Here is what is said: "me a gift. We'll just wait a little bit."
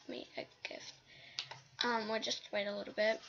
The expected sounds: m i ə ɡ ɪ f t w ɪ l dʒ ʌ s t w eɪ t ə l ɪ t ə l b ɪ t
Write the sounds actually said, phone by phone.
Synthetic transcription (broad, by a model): m i ə ɡ ɪ f t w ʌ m dʒ ʌ s t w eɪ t ə l ɪ t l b ɪ t